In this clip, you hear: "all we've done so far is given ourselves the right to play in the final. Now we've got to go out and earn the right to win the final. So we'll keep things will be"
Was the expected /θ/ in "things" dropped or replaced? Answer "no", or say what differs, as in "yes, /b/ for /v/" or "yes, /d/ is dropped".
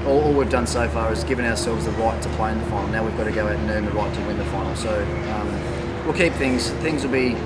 no